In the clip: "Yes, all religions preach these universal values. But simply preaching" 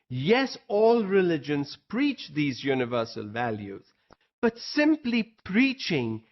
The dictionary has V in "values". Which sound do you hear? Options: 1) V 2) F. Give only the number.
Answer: 1